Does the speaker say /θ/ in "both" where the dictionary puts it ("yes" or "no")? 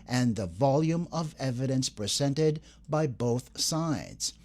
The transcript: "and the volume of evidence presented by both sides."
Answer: yes